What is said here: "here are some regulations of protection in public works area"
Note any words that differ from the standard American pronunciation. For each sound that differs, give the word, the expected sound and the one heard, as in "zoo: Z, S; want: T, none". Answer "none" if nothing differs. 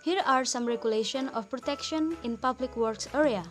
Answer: regulations: Z, none; of: V, F